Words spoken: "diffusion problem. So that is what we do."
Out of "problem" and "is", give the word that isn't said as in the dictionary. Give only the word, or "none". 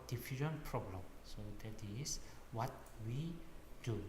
is